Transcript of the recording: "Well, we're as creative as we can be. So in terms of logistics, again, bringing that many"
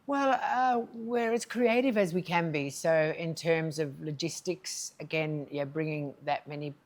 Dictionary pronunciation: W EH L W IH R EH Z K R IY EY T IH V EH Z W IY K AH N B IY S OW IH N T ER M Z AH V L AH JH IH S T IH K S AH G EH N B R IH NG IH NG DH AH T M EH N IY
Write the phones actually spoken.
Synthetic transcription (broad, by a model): W EH L W IH R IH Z K R IY EY T IH V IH Z W IY K AH N B IY S OW IH N T ER M Z AH V L AH JH IH S T IH K S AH G EH N B R IH NG IH NG DH AH T M EH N IY